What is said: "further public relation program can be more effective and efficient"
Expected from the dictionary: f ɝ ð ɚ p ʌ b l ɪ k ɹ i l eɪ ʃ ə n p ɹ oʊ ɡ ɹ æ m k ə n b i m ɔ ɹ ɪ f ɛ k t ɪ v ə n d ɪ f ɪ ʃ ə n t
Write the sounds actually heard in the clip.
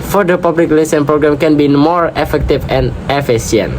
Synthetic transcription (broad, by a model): f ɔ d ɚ p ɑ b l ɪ k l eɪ s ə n p ɹ oʊ ɡ ɹ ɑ m k ə n b i m ɔ ɹ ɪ f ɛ k t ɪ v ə n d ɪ f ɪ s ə n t